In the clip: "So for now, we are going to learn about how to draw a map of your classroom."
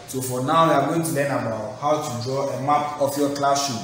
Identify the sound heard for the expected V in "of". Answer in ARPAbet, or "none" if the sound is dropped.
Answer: F